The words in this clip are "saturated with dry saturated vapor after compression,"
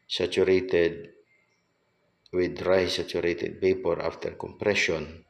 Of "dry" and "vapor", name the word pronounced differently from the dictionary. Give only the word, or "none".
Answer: vapor